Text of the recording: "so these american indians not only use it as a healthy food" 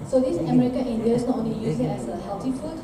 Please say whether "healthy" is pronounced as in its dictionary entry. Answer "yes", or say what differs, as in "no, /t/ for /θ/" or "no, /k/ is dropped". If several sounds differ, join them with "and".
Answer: no, /t/ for /θ/